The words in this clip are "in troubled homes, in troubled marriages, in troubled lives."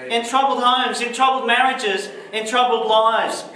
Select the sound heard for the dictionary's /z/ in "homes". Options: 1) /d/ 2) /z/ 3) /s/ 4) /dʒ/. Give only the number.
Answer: 2